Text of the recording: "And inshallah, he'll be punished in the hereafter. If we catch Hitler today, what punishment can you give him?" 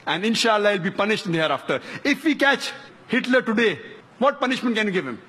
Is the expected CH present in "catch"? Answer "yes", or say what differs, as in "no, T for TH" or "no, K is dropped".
yes